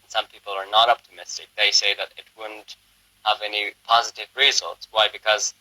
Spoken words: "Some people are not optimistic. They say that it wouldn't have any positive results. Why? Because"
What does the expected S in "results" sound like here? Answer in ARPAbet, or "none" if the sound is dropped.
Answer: S